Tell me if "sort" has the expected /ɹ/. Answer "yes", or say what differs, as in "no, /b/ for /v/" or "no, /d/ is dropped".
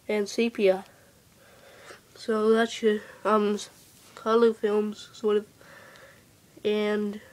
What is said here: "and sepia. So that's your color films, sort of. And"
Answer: yes